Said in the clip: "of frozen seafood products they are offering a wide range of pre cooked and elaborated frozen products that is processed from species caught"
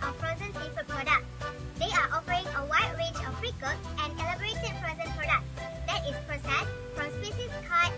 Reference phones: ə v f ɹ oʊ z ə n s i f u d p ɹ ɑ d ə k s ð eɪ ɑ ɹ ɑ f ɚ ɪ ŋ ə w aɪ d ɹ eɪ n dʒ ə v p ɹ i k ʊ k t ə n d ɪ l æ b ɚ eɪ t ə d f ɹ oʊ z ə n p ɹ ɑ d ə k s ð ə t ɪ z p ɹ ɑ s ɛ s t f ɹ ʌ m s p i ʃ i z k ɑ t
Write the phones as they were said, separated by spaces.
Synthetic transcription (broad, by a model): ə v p ɹ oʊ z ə n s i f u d p ɹ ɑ d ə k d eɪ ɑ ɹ ɑ f ɚ ɪ ŋ ə w aɪ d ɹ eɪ dʒ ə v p ɹ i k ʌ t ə n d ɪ l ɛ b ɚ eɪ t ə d p ɹ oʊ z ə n p ɹ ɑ d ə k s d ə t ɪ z p ɹ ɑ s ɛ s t f ɹ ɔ m s p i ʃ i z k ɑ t